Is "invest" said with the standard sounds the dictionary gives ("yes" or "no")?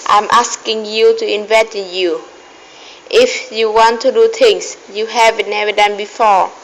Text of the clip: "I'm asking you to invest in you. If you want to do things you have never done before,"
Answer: no